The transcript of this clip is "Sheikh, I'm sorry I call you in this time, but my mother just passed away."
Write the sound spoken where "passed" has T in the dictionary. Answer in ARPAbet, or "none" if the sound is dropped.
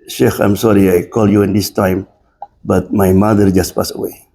none